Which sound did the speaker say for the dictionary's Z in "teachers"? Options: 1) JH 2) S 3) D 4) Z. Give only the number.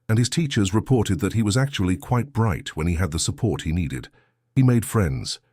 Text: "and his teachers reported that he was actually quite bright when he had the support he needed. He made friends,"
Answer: 4